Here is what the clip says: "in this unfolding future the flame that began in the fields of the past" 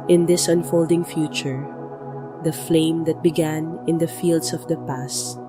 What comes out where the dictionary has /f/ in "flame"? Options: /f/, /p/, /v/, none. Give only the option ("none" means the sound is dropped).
/f/